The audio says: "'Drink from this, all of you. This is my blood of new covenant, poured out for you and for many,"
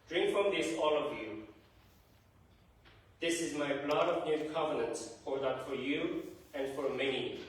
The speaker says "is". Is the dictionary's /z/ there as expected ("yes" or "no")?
yes